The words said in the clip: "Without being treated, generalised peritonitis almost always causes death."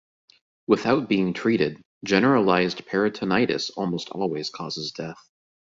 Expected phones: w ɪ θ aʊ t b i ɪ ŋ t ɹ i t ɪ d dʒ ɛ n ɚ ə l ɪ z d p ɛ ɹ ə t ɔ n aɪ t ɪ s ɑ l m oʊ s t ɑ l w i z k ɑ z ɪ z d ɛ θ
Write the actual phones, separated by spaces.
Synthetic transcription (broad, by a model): w ɪ θ aʊ t b i ɪ ŋ t ɹ i t ɪ d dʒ ɛ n ɚ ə l ɪ z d p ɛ ɹ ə t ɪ n aɪ t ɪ s ɑ l m oʊ s t ɑ l w i z k ɑ z ɪ z d ɛ θ